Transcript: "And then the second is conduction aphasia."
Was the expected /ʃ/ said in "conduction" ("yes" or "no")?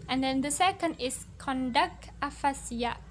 no